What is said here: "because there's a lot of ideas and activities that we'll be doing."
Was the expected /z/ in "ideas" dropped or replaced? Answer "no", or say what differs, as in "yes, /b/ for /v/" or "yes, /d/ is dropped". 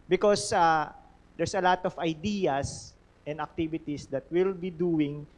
yes, /s/ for /z/